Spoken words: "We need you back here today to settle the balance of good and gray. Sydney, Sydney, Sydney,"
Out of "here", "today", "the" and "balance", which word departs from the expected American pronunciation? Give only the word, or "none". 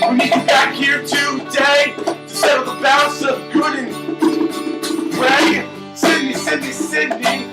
balance